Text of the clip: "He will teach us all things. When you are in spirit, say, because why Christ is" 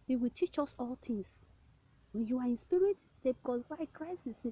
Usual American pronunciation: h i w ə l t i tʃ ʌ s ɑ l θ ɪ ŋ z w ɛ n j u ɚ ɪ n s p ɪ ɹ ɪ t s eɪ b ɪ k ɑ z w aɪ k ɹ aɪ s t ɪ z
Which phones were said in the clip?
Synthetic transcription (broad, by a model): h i w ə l t i tʃ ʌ s ɑ l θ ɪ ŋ s w ɛ n j u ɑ ɪ n s p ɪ ɹ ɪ t s eɪ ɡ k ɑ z w aɪ k ɹ aɪ s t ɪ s